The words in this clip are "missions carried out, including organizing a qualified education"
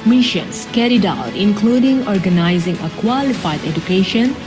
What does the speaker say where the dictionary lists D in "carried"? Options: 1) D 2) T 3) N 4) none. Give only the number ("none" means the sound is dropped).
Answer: 1